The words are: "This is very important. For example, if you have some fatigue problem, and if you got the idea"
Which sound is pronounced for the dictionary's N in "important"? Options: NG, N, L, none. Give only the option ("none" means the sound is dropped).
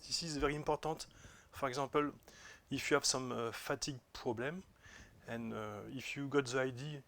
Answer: none